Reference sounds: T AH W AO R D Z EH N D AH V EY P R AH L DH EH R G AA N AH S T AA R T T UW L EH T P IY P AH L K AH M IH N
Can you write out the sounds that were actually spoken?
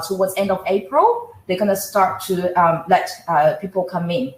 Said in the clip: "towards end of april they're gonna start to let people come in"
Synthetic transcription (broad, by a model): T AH W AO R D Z EH N D AH V EY P R AH L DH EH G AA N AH S T AA R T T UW L EH T P IY P AH L K AH M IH N